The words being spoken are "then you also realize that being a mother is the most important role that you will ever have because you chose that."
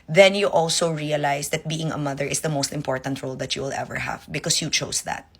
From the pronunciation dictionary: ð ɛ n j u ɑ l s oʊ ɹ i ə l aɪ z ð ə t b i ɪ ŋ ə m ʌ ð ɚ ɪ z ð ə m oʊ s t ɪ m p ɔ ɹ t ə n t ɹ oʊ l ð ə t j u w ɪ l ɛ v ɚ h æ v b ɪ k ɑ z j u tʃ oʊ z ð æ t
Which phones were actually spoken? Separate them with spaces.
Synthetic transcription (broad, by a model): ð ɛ n j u ɑ l s oʊ ɹ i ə l aɪ s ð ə t b i ɪ ŋ ə m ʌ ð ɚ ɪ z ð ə m oʊ s t ɪ m p ɔ ɹ t ə n t ɹ oʊ l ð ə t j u w ɪ l ɛ v ɚ h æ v b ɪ k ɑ s j u tʃ oʊ s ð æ t